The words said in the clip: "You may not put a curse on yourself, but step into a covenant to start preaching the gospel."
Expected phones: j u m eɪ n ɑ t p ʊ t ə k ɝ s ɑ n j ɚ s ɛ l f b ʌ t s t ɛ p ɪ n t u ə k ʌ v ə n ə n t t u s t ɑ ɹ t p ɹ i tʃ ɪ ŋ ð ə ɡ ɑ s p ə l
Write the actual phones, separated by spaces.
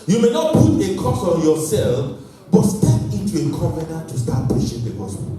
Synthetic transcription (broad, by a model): j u m eɪ n ɑ t p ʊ t ə k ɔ s ɑ n j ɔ s ɛ l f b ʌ t s t ɛ p ɪ n t u ə k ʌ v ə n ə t t u s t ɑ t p i ʃ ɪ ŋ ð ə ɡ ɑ s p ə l